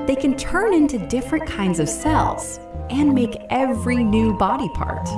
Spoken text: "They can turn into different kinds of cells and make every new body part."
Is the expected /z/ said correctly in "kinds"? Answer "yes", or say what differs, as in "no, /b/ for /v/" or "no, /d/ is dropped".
yes